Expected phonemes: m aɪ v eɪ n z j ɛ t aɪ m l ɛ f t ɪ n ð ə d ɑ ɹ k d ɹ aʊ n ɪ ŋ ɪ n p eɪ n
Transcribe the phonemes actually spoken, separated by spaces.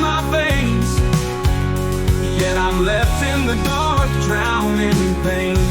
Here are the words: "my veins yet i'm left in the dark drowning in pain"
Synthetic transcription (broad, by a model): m aɪ b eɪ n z j ɛ t aɪ m l ɛ f t ɪ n ð ə d ɑ ɹ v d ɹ aʊ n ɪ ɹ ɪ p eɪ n